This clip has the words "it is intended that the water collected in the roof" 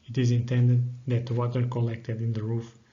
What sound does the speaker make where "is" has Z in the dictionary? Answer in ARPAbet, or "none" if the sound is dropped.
Z